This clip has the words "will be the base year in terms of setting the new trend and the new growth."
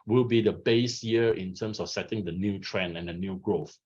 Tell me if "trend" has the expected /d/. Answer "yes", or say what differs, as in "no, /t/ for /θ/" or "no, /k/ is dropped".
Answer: no, /d/ is dropped